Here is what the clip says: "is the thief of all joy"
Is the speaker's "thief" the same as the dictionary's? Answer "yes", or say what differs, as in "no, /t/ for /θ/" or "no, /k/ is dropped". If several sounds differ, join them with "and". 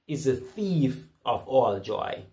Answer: yes